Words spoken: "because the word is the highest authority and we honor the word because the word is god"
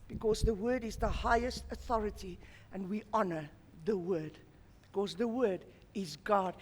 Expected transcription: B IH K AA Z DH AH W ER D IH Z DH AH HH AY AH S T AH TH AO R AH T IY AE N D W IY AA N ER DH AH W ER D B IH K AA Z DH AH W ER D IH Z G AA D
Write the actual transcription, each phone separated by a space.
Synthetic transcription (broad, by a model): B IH K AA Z DH AH W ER D IH Z DH AH HH AY AH S T AH TH AO R AH T IY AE N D W IY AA N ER DH AH W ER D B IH K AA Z DH AH W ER D IH Z G AA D